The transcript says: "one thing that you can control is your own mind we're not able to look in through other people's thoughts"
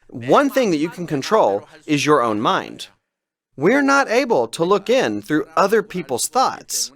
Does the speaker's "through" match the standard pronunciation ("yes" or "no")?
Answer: yes